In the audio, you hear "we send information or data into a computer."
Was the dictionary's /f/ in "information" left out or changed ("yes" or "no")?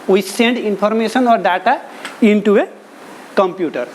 yes